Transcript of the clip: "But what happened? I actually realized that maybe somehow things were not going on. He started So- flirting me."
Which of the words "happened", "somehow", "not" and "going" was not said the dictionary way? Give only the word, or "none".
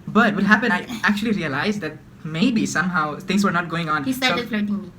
happened